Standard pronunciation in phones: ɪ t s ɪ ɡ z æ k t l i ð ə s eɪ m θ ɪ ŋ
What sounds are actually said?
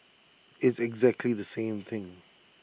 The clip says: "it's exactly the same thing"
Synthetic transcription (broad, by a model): ɪ t s ɪ ɡ z æ k t l i ð ə s eɪ m θ ɪ ŋ